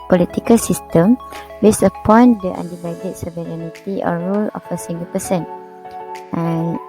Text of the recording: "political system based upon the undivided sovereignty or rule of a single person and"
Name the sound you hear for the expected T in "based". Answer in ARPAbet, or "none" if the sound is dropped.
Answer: none